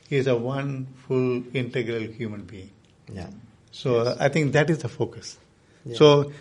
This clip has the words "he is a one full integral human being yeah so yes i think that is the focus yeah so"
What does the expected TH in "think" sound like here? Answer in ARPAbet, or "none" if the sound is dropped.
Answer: T